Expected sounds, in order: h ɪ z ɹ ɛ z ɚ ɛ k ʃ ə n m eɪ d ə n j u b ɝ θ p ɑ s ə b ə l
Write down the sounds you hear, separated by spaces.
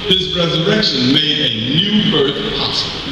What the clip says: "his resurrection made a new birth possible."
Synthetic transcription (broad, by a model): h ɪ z ɹ ɛ z ɚ ɛ k ʃ ə n m eɪ d ə n j u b ɝ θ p ɑ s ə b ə